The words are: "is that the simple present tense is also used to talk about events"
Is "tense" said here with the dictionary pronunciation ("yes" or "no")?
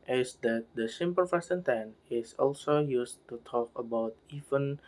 no